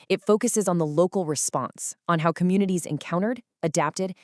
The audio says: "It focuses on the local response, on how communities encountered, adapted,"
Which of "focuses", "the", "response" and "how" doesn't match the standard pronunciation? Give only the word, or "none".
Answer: none